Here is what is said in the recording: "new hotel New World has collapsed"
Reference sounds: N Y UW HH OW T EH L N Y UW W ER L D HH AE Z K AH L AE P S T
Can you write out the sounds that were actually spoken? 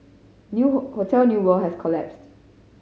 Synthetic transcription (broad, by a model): N Y UW HH OW T EH L N Y UW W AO HH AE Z K AH L AE P S T